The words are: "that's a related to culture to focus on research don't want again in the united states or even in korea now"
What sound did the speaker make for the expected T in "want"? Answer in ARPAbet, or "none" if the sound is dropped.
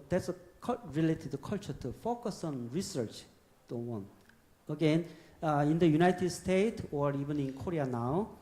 none